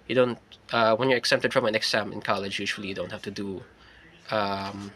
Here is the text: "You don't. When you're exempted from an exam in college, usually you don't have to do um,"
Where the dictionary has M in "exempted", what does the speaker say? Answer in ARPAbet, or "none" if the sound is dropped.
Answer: none